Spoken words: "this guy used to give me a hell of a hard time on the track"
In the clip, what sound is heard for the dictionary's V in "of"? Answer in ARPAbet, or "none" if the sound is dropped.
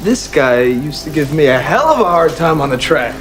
V